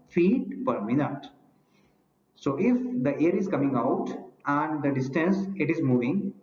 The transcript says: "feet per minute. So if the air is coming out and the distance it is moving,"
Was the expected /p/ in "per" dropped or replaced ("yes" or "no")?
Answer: no